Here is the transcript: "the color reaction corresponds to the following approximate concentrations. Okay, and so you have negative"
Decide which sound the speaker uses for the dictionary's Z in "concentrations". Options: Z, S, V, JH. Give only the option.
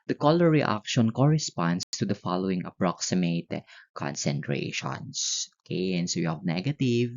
S